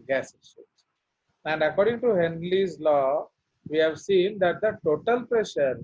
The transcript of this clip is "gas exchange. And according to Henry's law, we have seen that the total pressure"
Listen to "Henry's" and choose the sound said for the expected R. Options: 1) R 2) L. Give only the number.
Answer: 2